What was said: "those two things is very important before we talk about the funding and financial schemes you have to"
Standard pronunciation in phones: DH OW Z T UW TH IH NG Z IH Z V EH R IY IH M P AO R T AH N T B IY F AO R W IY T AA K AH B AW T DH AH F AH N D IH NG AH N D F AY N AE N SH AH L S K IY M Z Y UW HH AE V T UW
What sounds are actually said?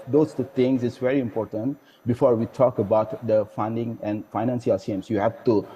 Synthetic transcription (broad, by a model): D OW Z T UW T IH NG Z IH S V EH R IY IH M P AO R T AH N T B IY F AO R W IY T AA K AH B AW T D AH F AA N D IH NG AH N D F AY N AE N S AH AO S IY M S Y UW HH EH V T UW